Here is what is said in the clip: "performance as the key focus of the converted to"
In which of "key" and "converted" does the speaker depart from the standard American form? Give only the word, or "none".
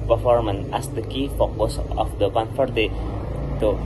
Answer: converted